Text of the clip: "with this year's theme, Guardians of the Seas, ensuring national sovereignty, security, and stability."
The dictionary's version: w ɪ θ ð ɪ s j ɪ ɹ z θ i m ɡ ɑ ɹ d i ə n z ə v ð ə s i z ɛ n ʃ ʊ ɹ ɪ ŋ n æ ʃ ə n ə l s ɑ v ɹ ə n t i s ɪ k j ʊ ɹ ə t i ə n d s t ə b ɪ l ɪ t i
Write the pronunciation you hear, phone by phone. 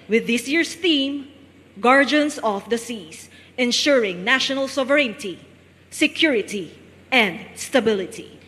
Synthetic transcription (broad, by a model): w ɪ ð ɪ s j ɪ ɹ s θ i m ɡ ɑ ɹ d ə n s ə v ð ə s i s ɛ n ʃ ʊ ɹ ɪ ŋ n æ ʃ ə n ə l s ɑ v ɹ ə n t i s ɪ k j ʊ ɹ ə t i ə n d s t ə b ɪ l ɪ t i